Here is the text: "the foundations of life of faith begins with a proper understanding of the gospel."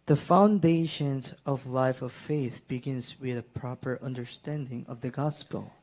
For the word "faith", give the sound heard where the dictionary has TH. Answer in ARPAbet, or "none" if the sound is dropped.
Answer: TH